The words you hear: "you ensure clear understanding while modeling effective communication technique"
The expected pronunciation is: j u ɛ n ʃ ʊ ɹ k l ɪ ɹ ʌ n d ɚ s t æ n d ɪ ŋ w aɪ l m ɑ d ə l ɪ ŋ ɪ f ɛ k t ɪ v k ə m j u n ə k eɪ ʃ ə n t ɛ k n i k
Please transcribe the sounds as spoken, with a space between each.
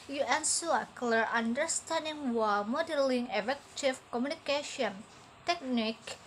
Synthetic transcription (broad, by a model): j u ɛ n s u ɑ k l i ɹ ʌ n d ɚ s t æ n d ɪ ŋ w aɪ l m ɑ d ə l ɪ ŋ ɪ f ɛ k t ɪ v k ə m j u n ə k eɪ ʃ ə n t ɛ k n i k